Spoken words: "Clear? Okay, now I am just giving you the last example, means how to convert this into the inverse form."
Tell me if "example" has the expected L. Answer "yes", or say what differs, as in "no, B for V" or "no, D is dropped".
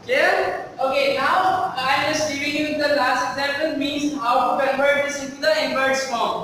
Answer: no, N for L